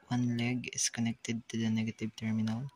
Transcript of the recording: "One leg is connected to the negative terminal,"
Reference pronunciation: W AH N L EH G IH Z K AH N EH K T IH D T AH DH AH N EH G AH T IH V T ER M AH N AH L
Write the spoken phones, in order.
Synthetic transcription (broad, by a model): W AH N L EH G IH S K AH N EH K T IH D T AH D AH N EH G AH T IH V T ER M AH N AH L